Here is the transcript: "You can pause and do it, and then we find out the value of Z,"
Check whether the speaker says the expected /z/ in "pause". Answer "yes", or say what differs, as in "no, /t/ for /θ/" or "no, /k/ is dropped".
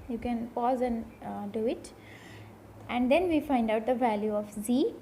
yes